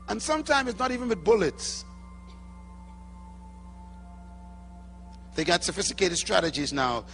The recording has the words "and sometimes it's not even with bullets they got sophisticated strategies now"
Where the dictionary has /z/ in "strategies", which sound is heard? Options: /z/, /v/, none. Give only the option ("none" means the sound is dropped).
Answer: /z/